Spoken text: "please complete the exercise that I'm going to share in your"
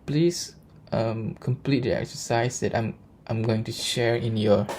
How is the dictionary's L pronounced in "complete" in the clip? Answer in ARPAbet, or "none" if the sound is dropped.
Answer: L